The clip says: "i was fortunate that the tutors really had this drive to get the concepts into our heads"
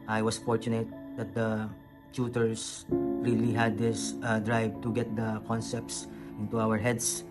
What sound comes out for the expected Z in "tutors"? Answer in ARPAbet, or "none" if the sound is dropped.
S